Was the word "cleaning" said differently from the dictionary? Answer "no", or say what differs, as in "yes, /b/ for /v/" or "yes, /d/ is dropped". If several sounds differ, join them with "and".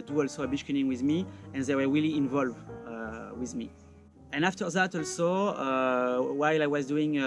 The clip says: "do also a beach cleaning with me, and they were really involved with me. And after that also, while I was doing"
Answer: yes, /l/ is dropped and /n/ is dropped